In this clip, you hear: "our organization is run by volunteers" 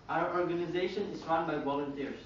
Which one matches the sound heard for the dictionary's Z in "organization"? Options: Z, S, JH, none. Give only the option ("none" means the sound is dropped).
Z